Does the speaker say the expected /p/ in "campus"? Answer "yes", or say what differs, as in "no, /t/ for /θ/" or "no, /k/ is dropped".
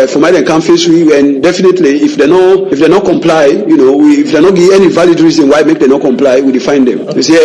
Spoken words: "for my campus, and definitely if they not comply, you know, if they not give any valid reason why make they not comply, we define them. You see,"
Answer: no, /f/ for /p/